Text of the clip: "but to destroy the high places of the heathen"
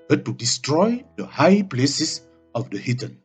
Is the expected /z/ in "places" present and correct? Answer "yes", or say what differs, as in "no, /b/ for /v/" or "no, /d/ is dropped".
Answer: no, /s/ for /z/